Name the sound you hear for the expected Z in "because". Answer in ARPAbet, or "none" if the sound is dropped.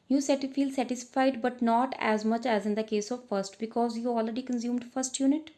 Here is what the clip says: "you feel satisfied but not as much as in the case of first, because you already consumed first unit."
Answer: Z